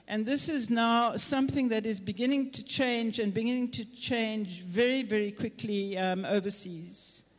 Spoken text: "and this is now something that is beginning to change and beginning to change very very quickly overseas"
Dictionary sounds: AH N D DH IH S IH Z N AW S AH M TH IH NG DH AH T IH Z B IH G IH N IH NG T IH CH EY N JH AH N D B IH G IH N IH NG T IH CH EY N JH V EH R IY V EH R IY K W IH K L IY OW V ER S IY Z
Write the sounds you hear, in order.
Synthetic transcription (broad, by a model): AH N DH IH S IH Z N AW S AH M TH IH NG DH AH T IH Z B IH G IH N IH NG T IH CH EY N JH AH N B IH G IH N IH NG T IH CH EY N JH V EH R IY V EH R IY K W IH K L IY OW V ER S IY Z